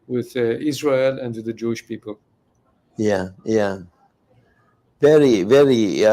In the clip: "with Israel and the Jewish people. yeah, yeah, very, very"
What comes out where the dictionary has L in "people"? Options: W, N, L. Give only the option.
L